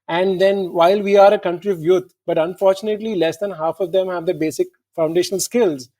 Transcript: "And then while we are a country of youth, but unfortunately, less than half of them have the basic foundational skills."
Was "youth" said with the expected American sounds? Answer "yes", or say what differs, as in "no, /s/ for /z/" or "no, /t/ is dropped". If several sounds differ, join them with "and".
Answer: no, /t/ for /θ/